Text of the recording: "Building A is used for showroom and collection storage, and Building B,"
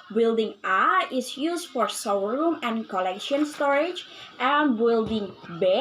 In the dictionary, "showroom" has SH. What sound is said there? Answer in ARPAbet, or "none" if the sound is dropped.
S